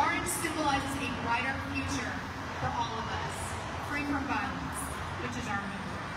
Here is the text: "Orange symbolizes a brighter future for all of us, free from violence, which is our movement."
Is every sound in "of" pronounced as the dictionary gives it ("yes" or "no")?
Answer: yes